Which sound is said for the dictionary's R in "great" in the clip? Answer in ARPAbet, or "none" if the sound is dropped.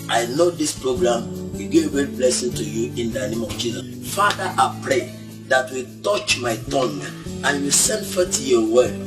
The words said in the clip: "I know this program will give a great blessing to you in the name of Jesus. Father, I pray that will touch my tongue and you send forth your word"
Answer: none